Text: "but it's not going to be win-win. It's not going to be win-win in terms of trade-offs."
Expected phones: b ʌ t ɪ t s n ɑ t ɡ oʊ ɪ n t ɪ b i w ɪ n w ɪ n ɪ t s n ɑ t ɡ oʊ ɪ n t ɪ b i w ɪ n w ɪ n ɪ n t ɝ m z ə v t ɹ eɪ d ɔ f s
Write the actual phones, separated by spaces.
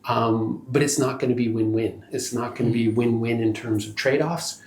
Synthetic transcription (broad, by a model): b ʌ t ɪ t s n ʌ t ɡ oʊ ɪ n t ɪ b i w ɪ n w ɪ n ɪ t s n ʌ t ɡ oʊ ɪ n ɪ b i w ɪ n w ɪ n ɪ n t ɝ m z ə v t ɹ eɪ d ɔ f s